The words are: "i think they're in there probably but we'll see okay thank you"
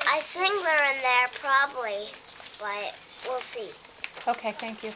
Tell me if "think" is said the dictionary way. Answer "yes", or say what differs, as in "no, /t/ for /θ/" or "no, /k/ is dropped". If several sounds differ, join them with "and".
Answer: no, /s/ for /θ/